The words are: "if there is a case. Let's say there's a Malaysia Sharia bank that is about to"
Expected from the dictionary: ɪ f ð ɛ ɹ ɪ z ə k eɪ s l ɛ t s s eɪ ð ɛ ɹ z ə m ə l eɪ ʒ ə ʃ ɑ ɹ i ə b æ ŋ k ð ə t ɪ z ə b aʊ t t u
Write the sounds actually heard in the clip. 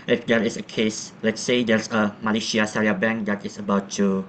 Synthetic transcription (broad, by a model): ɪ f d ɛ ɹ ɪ s ə k eɪ s l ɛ t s s eɪ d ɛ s ə m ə l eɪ ʃ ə s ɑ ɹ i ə b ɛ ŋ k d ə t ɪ s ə b aʊ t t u